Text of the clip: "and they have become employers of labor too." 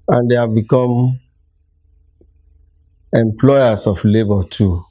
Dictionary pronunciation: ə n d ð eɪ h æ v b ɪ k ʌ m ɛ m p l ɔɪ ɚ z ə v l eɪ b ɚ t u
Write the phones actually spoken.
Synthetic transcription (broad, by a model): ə n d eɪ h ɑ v b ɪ k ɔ m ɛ m p l ɔɪ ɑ s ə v l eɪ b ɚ t u